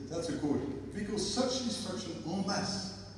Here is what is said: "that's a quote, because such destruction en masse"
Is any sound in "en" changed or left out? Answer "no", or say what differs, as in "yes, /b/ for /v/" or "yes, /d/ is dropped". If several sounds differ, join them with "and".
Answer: yes, /l/ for /n/